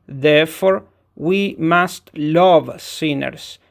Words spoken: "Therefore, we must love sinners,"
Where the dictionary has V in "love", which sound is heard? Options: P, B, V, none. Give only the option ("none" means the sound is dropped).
V